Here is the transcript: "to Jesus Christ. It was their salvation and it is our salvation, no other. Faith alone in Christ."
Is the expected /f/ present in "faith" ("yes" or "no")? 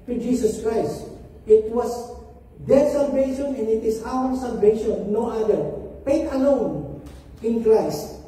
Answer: no